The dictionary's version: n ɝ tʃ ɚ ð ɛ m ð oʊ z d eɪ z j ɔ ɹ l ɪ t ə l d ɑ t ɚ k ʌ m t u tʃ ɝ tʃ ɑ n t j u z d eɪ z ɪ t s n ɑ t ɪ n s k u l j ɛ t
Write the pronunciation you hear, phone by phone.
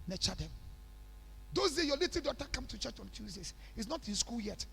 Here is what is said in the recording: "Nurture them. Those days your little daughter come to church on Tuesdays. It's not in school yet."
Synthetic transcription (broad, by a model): n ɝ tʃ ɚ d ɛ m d oʊ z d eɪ j ɔ l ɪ t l d ɑ t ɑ k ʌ m t u tʃ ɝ tʃ ɑ n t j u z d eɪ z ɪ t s n ɑ t ɪ n s k u l j ɛ t